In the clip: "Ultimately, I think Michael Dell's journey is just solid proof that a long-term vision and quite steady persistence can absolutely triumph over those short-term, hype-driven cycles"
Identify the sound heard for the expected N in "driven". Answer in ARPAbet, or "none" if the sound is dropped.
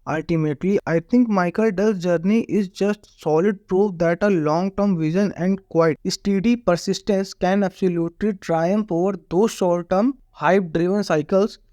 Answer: N